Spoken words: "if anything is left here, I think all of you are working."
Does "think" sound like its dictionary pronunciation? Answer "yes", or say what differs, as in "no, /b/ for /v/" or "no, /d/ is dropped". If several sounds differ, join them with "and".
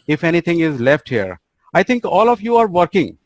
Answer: no, /t/ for /θ/